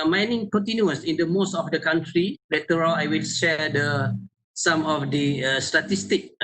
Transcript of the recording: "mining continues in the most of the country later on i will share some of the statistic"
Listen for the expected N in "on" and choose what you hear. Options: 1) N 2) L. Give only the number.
2